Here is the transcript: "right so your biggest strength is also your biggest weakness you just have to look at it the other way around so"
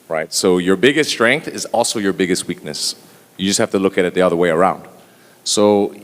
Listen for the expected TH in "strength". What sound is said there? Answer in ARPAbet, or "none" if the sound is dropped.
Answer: TH